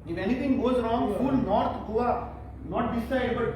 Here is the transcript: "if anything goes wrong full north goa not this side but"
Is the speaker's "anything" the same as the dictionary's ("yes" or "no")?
no